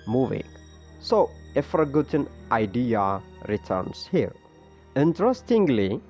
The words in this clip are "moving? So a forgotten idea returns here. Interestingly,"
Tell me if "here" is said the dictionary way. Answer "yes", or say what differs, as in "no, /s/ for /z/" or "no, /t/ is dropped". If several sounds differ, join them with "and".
no, /l/ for /ɹ/